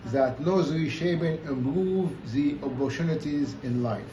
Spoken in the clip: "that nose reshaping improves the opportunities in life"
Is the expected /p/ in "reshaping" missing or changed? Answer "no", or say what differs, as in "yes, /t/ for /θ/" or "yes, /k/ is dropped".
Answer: yes, /b/ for /p/